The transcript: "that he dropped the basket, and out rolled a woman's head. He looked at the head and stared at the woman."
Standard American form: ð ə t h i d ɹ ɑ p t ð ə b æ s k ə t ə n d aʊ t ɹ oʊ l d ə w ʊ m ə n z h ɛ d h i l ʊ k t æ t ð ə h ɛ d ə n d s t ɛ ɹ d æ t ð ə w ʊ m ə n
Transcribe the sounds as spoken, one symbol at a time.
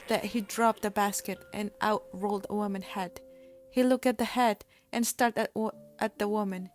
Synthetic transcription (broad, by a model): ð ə t h i d ɹ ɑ p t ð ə b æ s k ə t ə n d aʊ t ɹ oʊ l d ə w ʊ m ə n h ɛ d h i l ʊ k t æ t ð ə h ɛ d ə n s t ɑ ɹ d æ t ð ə w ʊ m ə n